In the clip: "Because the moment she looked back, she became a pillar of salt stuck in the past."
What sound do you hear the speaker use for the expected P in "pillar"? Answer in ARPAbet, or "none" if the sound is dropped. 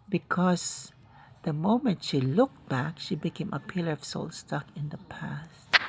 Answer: P